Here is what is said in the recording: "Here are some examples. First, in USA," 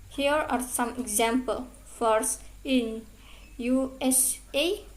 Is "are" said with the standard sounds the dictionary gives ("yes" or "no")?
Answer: yes